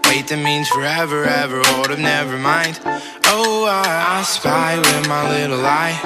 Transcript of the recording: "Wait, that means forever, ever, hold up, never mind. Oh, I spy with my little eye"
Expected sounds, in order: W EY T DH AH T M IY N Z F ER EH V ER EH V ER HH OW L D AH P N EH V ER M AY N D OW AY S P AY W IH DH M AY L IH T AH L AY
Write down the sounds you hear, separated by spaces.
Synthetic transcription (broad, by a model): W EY T DH AH T M IY N Z F ER EH V ER EH V ER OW D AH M N EH V ER M AY N D OW AY S P AY W IH DH M AY L IH T L AY